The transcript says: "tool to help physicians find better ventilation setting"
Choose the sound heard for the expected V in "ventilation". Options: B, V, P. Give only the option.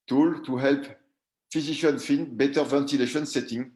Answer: V